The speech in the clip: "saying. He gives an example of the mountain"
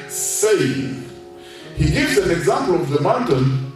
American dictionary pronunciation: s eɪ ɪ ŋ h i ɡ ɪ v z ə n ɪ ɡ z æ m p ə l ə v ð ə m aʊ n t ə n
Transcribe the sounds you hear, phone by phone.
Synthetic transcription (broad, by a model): s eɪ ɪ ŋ h i ɡ ɪ v z ə n ɪ ɡ z æ m p ə l ə v ð ə m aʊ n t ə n